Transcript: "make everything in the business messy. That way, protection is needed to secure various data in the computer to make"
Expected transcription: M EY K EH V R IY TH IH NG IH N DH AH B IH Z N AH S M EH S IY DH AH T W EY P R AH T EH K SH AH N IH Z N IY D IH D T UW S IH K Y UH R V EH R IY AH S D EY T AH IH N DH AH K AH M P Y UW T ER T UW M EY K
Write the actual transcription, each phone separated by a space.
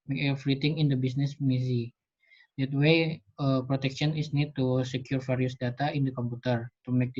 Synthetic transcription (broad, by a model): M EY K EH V R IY T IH NG IH N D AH B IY S N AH S M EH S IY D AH T W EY P R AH T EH K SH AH N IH S N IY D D T UW S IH K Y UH R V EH R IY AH S D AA T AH IH N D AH K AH M P UW T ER T UW M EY K